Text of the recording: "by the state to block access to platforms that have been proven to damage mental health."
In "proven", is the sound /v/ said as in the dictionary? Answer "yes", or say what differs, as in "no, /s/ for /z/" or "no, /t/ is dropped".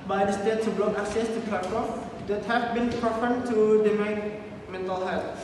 no, /p/ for /v/